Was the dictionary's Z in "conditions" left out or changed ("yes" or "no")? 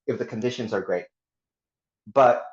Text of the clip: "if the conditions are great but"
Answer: no